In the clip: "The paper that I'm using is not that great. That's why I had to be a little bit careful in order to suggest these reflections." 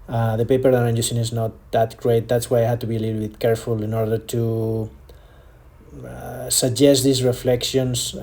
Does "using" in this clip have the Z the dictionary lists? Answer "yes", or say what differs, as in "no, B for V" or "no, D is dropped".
no, S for Z